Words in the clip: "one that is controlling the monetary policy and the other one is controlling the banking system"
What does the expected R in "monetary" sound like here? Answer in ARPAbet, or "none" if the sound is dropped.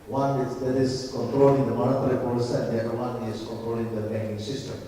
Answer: L